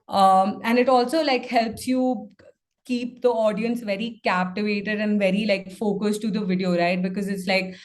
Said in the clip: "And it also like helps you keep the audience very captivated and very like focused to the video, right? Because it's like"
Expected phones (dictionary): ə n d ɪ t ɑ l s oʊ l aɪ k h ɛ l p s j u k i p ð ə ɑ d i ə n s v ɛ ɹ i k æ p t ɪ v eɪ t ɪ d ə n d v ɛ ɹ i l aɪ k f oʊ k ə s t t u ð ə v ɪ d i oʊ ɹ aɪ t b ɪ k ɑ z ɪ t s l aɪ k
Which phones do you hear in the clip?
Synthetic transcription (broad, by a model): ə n d ɪ t ɑ l s oʊ l aɪ k h ɛ l p s j u k i p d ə ɑ d i ə n s v ɛ ɹ i k æ p t ɪ v eɪ t ɪ d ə n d v ɛ ɹ i l aɪ k f oʊ k ə s t t u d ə v ɪ d i oʊ ɹ aɪ t b ɪ k ɑ z ɪ t s l aɪ k